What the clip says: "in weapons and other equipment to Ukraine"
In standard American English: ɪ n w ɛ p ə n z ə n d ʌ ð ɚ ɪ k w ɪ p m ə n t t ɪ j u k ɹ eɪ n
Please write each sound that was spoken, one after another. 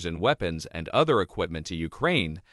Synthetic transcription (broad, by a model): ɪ n w ɛ p ə n z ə n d ʌ ð ɚ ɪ k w ɪ p m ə n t t ɪ j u k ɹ eɪ n